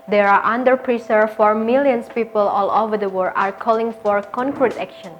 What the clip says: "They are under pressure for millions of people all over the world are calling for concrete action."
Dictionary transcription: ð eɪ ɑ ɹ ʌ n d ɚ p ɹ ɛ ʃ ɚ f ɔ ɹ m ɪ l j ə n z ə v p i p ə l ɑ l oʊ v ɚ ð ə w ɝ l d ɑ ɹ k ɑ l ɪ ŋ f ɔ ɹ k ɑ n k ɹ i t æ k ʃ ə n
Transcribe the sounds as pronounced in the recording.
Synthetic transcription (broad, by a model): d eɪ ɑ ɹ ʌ n d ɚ p ɹ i s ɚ f ɔ ɹ m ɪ l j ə n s p i p ə l ɑ l oʊ v ɚ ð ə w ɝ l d ɑ ɹ k ɑ l ɪ ŋ f ɔ ɹ k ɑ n k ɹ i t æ k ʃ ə n